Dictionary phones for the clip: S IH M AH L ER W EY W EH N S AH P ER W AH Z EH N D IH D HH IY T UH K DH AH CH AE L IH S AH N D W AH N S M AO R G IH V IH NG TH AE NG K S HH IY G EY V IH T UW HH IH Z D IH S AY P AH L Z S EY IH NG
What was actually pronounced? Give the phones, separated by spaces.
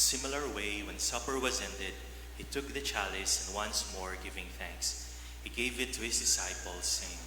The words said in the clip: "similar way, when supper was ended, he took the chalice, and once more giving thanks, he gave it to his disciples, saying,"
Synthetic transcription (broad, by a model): S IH M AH L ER W EY W EH N S AH P ER W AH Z EH N D IH D HH IY T UH K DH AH CH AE L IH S AH N D W AH N S M AO R G IH V IH NG TH AE NG K S HH IY G EY V IH T UW HH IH S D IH S AY P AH L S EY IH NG